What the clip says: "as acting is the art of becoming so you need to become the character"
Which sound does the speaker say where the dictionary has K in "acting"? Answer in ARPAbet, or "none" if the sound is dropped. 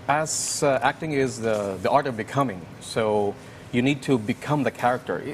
K